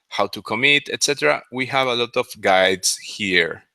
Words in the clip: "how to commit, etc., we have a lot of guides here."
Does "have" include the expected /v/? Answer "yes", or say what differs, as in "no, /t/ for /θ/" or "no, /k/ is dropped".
yes